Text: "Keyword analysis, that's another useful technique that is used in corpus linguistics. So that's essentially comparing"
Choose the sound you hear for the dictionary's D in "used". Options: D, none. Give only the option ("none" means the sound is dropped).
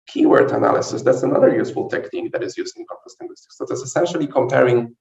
none